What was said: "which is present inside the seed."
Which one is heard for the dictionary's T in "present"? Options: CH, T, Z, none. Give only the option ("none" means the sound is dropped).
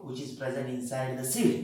none